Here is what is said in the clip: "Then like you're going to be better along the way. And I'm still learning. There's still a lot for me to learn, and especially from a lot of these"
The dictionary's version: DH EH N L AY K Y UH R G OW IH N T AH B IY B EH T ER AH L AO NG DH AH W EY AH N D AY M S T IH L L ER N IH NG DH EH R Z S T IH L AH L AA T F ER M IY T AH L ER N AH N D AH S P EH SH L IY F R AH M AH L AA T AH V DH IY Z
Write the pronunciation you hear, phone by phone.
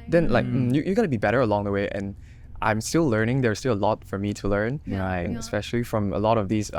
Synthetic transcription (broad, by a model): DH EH N L AY K Y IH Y G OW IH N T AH B IY B EH T ER AH L AO NG DH AH W EY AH N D AY M S T IH L L ER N IH NG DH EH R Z S T IH L AH L AA T F ER M IY T AH L ER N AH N AH S P EH SH L IY F R AH M AH L AA T AH V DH IY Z